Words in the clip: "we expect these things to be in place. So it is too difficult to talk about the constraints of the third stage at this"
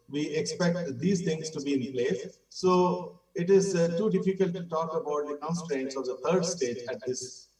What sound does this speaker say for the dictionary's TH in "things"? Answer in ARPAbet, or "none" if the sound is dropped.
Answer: T